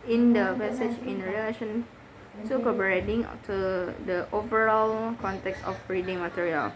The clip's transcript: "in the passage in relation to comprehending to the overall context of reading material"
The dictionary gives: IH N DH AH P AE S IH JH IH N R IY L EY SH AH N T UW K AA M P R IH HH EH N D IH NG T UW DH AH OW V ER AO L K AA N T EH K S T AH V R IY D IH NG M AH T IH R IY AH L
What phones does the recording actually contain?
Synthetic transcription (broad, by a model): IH N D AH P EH S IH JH IH N R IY L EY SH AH N T UW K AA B R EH D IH NG T UW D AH OW V ER AO L K AA N T EH K S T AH B R IY D IH NG M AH T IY R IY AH L